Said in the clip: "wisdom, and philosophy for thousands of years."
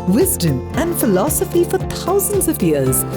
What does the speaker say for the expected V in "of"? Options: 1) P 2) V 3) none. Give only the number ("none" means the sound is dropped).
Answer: 2